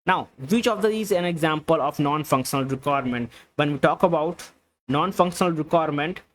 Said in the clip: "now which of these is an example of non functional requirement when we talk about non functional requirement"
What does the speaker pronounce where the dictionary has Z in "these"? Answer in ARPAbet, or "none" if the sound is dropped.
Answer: none